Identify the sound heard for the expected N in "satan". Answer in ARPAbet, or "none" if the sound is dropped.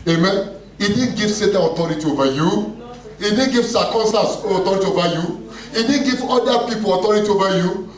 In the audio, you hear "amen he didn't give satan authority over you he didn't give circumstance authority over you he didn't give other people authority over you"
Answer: none